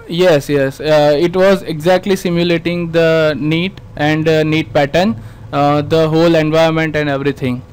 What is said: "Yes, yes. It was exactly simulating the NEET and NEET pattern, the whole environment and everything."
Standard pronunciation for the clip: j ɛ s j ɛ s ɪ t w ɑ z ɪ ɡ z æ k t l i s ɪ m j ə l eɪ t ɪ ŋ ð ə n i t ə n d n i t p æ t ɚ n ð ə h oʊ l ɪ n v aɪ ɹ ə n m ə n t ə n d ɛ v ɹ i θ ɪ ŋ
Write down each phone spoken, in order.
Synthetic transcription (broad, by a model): j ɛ s j ɛ s ɪ t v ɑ z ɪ ɡ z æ k t l i s ɪ m j ə l eɪ t ɪ ŋ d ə n i t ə n d n i t p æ t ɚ n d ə h oʊ l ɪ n v aɪ ə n m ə n t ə n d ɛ v ɹ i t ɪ ŋ